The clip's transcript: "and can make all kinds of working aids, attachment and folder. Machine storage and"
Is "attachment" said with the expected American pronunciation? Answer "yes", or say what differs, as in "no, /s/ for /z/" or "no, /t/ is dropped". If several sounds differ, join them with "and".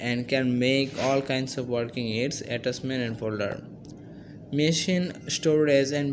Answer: no, /s/ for /tʃ/